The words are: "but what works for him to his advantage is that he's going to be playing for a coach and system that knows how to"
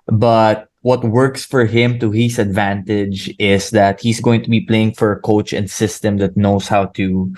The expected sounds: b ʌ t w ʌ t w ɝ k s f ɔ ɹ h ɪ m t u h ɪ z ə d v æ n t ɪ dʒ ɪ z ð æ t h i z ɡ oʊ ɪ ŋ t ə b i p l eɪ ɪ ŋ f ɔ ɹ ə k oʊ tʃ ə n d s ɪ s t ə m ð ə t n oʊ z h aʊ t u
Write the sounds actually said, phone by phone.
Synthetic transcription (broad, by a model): b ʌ t w ʌ t w ɝ k s f ɔ ɹ h ɪ m t u h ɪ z ə d v æ n t ɪ dʒ ɪ s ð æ t h i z ɡ oʊ ɪ ŋ t ə b i p l eɪ ɪ ŋ f ɔ ɹ ə k oʊ tʃ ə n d s ɪ s t ə m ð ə t n oʊ s h aʊ t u